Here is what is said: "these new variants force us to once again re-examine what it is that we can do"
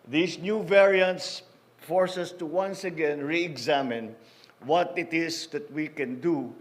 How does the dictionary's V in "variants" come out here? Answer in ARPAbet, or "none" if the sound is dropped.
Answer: V